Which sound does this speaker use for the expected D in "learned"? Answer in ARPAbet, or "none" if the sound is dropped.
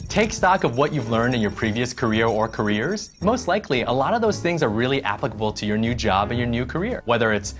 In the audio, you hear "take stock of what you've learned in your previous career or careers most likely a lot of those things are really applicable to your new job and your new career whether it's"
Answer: D